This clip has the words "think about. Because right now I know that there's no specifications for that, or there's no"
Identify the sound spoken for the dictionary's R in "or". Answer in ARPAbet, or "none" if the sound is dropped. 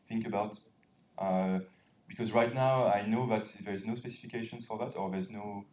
R